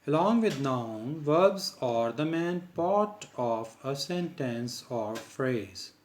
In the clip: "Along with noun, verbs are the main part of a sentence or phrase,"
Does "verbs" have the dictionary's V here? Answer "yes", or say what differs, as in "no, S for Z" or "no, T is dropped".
yes